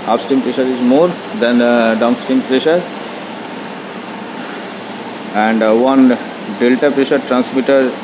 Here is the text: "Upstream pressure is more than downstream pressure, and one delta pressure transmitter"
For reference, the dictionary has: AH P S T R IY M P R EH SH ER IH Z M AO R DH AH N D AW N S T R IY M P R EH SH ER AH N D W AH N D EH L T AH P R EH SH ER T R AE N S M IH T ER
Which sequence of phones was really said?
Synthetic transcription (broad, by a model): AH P S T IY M P R EH SH ER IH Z M AO R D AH N D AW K S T IY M P R EH SH ER AH N D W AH N D EH L T AH P R EH SH ER T R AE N S M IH T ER